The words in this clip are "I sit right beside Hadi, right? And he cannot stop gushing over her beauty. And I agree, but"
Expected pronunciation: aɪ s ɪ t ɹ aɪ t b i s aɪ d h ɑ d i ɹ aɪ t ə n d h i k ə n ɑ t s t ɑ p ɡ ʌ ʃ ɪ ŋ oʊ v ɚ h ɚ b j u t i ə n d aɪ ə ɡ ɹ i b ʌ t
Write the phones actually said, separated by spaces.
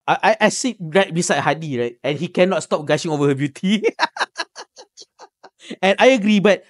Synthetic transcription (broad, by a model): aɪ s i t ɹ aɪ t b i s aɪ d h ɑ d i ɹ aɪ t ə n h i k ə n ɑ t s t ɑ p ɡ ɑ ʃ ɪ ŋ oʊ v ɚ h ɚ b j u t i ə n aɪ ə ɡ ɹ i b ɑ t